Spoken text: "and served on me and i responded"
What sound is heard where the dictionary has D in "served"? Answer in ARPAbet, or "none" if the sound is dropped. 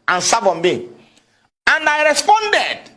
none